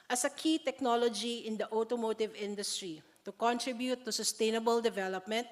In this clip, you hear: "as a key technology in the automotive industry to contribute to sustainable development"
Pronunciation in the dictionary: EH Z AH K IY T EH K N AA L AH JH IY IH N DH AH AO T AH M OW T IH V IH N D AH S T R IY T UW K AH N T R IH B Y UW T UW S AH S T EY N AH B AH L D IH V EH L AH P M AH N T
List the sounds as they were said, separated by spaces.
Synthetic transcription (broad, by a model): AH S AH K IY T EH K N AA L AH JH IY IH N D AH AO T AH M OW T IH V IH N D AH S T R IY T UW K AH N T R IH B Y UW T UW S AH S T EY N AH B AH L D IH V EH L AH P M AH N T